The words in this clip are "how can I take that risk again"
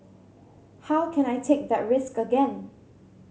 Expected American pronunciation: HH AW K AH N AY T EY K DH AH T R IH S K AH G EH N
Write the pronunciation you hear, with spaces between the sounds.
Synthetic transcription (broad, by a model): HH AW K AH N AY T EY K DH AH T R IH S K AH G EH N